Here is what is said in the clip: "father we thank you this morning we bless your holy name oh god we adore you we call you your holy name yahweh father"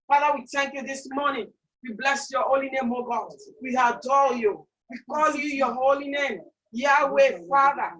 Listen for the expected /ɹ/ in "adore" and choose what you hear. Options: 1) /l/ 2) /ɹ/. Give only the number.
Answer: 1